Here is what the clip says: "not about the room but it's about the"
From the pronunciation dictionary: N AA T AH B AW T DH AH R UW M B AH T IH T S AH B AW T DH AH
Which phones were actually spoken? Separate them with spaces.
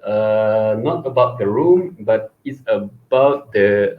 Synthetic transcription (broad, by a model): N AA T AH B AW T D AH R UW M B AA T IH T S AH B AW T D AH